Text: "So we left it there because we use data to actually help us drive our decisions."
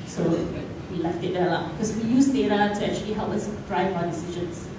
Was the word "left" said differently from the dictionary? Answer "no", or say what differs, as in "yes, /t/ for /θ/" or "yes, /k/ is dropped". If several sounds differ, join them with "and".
no